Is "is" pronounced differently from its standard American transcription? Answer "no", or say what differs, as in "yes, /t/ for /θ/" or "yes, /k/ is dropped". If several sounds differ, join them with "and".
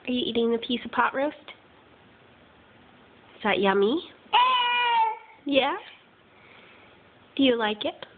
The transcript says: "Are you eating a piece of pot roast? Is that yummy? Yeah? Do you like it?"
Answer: yes, /s/ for /z/